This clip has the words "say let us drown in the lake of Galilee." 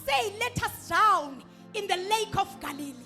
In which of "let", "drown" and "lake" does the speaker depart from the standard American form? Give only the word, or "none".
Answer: drown